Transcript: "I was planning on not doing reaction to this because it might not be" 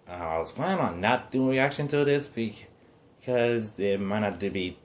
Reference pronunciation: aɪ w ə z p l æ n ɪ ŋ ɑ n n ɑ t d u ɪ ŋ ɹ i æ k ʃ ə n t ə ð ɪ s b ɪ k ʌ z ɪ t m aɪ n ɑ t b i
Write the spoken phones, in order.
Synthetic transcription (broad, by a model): aɪ w ə z p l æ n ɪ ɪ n n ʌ t d u ɪ ŋ ɹ i æ k ʃ ə n t ə ð ɪ s b ɪ k ʌ z ɪ t m aɪ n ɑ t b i